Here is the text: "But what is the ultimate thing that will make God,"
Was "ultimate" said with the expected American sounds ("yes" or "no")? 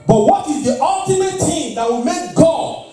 yes